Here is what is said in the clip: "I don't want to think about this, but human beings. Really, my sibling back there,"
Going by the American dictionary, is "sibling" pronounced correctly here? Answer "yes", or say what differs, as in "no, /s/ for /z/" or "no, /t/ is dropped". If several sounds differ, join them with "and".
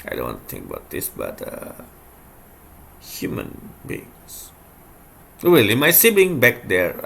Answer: no, /l/ is dropped